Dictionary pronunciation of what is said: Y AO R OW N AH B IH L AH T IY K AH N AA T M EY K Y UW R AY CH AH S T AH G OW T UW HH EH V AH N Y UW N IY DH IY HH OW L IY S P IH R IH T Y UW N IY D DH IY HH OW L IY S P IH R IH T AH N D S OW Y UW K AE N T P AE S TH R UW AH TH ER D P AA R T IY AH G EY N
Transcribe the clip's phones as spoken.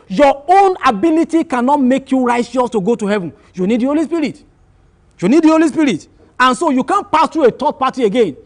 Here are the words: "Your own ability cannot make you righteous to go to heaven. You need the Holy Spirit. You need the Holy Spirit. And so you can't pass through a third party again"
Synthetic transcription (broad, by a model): Y AO OW N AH B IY L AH T IY K AH N AA T M EY K Y UW R AY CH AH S T AH G OW T UW HH EH V AH N Y UW N IY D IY HH OW L IY S P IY R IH T Y UW N IY D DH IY HH OW L IY S P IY R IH T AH N S OW Y UW K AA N P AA S T R UW AH T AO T P AA T IY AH G EY N